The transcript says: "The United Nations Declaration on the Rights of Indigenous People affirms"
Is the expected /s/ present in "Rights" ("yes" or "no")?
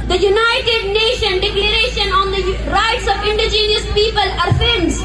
yes